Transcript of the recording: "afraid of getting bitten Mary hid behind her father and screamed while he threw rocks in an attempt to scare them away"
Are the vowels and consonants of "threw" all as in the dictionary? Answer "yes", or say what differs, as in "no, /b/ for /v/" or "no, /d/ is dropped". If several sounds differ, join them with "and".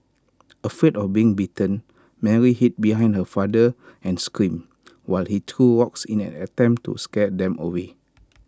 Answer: no, /t/ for /θ/